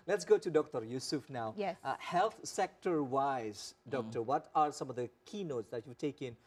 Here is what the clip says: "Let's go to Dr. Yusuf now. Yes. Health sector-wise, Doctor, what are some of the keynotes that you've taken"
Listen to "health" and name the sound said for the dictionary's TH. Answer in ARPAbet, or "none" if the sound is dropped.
T